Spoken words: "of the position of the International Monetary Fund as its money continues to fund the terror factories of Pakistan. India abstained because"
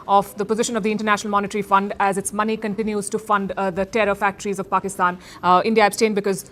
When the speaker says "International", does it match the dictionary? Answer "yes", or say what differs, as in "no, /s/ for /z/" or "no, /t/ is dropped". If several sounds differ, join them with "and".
yes